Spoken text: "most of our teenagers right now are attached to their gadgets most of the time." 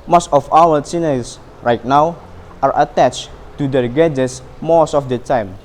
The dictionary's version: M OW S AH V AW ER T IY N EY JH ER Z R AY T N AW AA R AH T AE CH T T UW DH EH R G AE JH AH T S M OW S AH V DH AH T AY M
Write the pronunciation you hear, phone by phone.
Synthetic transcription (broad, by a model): M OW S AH F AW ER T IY N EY IY S R AY T N AW AA R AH T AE CH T T UW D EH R G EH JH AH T S M OW S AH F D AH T AY M